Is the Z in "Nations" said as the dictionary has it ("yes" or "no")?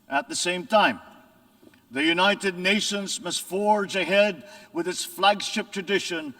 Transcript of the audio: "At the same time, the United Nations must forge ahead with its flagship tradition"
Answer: yes